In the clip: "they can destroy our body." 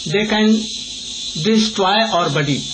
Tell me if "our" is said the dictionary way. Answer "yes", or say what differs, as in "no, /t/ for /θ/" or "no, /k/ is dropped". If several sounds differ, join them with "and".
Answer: yes